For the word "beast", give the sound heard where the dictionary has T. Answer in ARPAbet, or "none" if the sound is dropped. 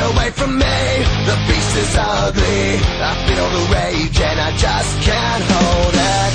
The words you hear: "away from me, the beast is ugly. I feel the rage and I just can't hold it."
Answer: none